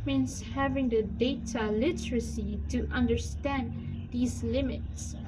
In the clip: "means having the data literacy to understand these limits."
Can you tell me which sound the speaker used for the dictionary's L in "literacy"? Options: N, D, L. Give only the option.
L